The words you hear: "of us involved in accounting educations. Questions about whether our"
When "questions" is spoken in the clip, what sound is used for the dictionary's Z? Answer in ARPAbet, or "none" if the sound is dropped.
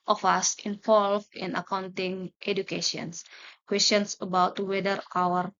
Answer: S